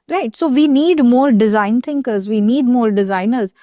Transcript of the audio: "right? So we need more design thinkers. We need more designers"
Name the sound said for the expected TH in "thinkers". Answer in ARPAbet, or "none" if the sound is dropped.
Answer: T